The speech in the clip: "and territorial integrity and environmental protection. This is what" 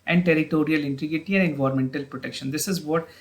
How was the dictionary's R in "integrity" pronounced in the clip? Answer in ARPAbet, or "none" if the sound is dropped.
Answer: none